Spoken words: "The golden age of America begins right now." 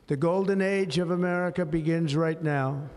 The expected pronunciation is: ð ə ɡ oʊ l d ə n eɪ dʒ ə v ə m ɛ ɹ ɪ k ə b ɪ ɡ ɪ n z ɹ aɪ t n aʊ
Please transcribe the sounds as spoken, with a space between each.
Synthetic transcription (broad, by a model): ð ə ɡ oʊ l d n eɪ dʒ ə v ə m ɛ ɹ ɪ k ə b ɪ ɡ ɪ n z ɹ aɪ t n aʊ